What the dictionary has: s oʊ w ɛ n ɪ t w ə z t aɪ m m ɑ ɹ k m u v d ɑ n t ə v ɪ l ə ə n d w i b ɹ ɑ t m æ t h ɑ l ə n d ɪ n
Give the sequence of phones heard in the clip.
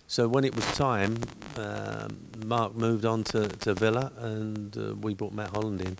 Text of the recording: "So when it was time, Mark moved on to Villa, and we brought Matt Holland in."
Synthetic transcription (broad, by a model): s oʊ w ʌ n ɪ t w ə z t aɪ m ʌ ɑ ɹ k m u v d n t ə v ɪ l ə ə n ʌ w i b ɑ t m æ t h ɑ l ə n d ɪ n